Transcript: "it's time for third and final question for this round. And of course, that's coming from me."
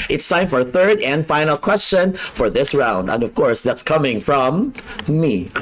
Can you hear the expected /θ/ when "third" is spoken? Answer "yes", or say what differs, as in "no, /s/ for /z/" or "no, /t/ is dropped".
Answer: yes